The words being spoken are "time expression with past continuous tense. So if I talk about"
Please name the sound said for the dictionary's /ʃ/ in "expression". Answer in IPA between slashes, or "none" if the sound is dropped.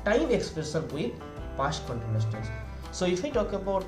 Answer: /s/